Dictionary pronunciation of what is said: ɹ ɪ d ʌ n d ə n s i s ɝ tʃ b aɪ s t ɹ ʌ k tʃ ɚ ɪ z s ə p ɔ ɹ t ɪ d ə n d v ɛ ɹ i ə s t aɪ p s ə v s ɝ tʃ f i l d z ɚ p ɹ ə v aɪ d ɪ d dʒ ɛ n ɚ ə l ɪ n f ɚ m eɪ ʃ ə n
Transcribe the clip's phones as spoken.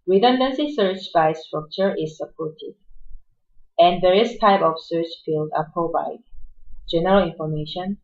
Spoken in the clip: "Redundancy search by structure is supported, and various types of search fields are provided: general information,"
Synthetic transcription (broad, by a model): ɹ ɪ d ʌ n d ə n s i s ɝ tʃ b aɪ s t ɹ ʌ k tʃ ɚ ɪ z s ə p ɔ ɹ t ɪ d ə n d v ɛ ɹ i ə s t aɪ p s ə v s ɝ tʃ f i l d ɚ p ə b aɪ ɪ dʒ ɛ n ɚ ə l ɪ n f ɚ m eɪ ʃ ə n